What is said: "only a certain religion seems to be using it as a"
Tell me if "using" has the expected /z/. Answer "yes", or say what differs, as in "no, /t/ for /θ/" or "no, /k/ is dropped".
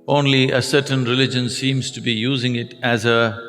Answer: yes